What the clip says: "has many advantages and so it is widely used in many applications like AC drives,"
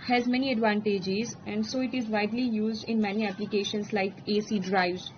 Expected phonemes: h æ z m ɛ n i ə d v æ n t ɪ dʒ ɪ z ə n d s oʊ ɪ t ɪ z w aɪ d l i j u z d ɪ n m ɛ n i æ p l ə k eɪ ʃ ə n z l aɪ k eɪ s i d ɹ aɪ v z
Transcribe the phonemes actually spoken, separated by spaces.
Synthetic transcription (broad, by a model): h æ z m ɛ n i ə d v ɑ n t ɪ dʒ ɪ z ə n d s oʊ ɪ t ɪ z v aɪ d l i j u z d ɪ n m ɛ n i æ p l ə k eɪ ʃ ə n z l aɪ k eɪ s i d ɹ aɪ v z